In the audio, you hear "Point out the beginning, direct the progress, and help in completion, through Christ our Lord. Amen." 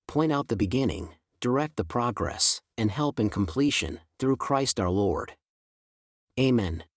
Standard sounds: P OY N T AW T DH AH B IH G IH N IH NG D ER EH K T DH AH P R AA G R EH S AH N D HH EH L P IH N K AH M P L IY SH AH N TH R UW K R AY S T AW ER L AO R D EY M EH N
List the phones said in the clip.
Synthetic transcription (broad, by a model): P OY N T AW T DH AH B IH G IH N IH NG D ER EH K T DH AH P R AA G R EH S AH N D HH EH L P IH N K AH M P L IY SH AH N TH R UW K R AY S T AW ER L AO R D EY M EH N